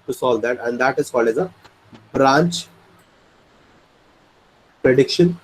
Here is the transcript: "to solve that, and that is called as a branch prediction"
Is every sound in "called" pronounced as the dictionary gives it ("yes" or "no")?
no